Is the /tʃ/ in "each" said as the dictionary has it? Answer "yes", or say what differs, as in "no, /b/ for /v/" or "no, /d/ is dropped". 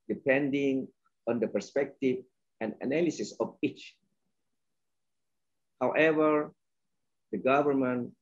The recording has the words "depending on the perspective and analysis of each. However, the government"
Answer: yes